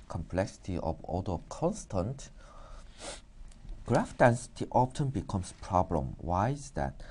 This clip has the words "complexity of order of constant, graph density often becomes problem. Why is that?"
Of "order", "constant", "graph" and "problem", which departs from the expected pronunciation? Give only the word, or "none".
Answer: order